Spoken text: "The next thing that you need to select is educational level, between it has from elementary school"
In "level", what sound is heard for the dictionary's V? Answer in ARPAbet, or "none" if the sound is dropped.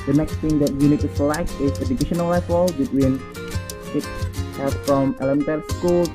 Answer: W